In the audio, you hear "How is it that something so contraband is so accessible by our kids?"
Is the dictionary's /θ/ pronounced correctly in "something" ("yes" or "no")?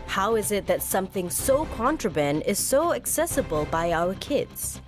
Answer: yes